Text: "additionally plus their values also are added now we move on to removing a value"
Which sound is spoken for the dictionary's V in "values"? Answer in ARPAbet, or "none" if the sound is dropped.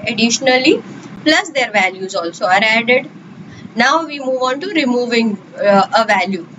V